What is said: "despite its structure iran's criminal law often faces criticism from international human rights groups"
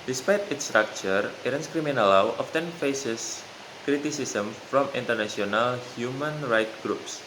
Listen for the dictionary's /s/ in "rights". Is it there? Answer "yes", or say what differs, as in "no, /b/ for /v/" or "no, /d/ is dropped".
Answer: no, /s/ is dropped